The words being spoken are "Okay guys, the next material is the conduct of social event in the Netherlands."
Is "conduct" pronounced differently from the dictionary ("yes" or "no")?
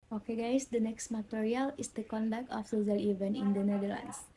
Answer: no